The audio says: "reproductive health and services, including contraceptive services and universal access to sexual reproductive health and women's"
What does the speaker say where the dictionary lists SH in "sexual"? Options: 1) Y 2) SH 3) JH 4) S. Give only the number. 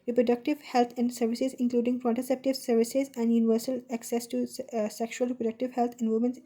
2